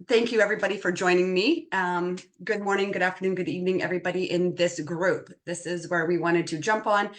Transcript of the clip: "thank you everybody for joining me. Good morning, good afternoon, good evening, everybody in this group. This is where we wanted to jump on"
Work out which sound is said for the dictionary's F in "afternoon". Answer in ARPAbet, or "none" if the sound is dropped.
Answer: F